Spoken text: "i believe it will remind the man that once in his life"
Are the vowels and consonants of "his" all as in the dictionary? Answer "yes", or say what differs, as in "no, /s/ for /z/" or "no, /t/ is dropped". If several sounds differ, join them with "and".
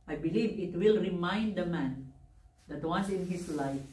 no, /s/ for /z/